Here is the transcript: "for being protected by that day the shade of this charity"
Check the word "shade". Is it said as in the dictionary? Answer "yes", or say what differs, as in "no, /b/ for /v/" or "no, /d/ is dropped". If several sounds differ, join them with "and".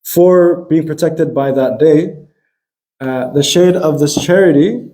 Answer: yes